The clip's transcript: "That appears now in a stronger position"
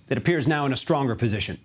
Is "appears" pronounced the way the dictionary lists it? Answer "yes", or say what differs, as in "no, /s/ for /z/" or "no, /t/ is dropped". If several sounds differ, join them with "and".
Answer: yes